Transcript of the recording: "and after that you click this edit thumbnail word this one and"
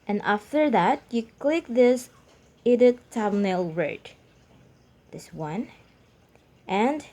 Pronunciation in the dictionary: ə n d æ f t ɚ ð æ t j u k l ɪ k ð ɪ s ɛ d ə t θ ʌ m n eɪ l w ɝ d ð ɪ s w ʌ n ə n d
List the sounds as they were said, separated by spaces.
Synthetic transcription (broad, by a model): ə n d æ f t ɚ ð æ t j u k l ɪ k ð ɪ s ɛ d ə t t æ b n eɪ l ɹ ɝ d ð ɪ s w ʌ n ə n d